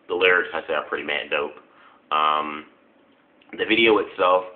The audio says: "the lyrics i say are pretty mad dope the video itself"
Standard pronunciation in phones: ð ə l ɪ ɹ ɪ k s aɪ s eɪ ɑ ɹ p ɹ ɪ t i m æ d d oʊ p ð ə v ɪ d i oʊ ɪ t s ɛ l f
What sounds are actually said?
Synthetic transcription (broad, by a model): ð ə l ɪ ɹ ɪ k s aɪ s eɪ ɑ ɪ p ɹ ɪ t i m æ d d oʊ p ð ə v ɪ d i oʊ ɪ t s ɛ l f